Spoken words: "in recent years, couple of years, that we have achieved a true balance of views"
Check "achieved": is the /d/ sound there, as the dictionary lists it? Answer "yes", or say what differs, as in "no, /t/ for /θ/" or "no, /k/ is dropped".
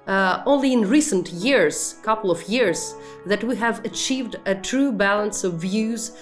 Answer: yes